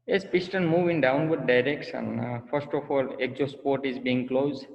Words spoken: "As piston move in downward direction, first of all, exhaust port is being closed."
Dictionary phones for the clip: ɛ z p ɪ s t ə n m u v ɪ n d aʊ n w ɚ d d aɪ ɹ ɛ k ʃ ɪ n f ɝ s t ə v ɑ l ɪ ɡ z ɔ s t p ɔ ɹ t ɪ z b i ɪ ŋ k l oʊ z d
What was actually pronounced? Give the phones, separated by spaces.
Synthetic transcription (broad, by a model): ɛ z p ɪ s t ə n m u v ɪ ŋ d aʊ n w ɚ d d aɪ ɹ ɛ k s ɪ n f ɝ s t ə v ɑ l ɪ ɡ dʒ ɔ s p ɔ ɹ t ɪ z b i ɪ ŋ k l oʊ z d